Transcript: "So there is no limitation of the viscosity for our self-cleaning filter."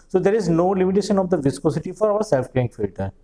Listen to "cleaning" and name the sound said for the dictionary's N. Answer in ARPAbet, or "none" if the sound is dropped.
none